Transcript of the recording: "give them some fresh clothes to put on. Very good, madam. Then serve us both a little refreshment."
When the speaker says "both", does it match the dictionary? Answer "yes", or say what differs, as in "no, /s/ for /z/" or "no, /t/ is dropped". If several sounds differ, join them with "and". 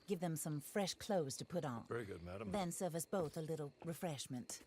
yes